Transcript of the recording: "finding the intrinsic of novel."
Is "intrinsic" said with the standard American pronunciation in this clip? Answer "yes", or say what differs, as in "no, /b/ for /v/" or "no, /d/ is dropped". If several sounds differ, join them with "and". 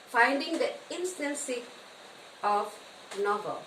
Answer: no, /k/ is dropped